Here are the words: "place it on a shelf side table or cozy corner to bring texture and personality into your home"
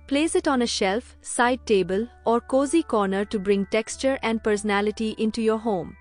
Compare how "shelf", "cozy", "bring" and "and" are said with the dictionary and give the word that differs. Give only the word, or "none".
none